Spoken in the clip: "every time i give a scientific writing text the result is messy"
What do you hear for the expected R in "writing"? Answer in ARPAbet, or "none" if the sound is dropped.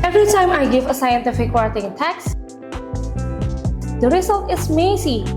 W